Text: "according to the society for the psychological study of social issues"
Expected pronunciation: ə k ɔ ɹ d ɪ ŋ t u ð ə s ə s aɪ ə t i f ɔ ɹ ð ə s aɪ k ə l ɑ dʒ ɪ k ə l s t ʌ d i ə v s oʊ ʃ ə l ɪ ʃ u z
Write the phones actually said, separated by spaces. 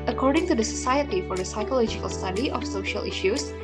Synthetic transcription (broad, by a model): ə k ɔ ɹ d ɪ ŋ t u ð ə s ə s aɪ ə t i f ɔ ɹ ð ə s aɪ k ə l ɑ dʒ ɪ k ə l s t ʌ d i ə f s oʊ ʃ ə l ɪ ʃ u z